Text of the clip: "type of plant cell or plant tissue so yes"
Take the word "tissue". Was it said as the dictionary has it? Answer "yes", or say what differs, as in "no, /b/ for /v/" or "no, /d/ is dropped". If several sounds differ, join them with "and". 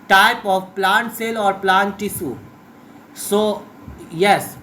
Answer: no, /s/ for /ʃ/